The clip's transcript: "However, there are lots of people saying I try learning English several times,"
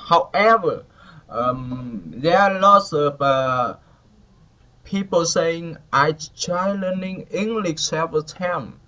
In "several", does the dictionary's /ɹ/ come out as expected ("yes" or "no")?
no